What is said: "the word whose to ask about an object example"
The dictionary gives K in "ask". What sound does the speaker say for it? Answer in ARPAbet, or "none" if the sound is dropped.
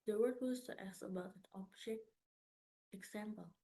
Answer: none